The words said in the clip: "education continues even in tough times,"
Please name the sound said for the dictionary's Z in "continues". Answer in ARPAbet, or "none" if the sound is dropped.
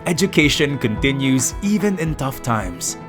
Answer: Z